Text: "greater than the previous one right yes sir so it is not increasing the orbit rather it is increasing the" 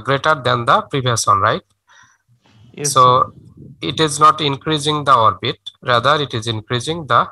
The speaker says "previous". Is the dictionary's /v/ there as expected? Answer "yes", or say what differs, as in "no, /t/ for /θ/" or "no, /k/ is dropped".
no, /b/ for /v/